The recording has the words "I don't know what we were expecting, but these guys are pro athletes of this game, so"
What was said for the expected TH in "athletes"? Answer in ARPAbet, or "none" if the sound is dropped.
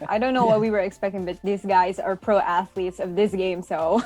TH